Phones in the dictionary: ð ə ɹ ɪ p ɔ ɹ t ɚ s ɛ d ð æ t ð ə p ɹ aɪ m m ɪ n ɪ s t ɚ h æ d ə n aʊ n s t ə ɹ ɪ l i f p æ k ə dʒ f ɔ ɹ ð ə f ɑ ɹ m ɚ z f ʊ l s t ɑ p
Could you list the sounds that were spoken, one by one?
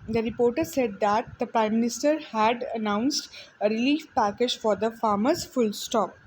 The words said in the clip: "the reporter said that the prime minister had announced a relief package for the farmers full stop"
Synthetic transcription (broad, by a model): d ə ɹ ɪ p ɔ ɹ t ɚ s ɛ d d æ t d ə p ɹ aɪ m m ɪ n ɪ s t ɚ h æ d ə n aʊ n s t ə ɹ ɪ l i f p æ k ə dʒ f ɔ ɹ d ə f ɑ ɹ m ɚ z f ʊ l s t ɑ p